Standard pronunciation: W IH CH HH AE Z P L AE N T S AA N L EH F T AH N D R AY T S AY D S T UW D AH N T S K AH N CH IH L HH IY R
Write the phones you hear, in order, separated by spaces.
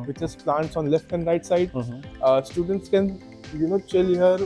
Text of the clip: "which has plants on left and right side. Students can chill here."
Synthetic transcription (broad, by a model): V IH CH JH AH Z P L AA N T S AA N L EH F T AH N D R AY T S AY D S T UW D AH N T S K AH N CH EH L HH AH R